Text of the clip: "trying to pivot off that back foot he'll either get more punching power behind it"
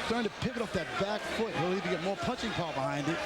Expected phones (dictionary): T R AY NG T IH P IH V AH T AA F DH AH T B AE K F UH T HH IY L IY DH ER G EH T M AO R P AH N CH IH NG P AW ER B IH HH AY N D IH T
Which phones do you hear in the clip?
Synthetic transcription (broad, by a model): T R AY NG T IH P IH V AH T AA F DH AH T B AE K F UH T HH IY L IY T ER G EH T M AO R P AH CH IH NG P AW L B IH HH AY N D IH T